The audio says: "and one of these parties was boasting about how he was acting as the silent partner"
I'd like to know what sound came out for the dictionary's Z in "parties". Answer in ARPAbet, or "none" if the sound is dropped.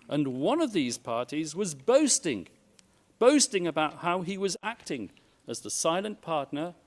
Z